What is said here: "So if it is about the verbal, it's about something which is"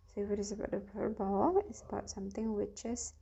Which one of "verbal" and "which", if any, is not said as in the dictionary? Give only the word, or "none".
verbal